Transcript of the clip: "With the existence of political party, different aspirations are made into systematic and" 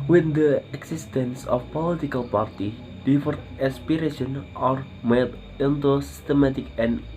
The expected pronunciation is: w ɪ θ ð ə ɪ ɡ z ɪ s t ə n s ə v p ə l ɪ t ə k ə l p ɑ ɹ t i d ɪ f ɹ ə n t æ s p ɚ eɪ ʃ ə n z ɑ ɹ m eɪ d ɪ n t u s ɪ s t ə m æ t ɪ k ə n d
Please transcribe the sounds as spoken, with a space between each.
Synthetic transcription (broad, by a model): w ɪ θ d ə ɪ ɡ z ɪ s t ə n s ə f p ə l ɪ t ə k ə l p ɑ ɹ t i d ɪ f ə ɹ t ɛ s p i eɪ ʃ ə n ɑ ɹ m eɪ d ɪ n t u s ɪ s t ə m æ t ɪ k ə n